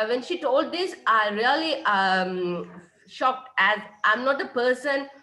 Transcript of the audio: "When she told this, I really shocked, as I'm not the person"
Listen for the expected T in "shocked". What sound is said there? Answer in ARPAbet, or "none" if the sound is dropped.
T